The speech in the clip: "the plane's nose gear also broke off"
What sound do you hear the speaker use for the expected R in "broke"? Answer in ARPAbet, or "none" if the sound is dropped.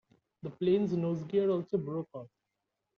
R